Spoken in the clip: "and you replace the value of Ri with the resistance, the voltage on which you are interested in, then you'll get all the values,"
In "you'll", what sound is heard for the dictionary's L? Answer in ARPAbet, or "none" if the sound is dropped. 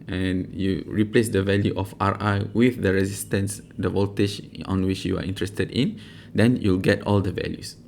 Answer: L